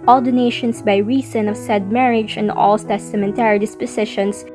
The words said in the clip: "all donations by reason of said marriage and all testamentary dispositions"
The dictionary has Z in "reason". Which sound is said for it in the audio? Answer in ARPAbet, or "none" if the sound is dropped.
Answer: S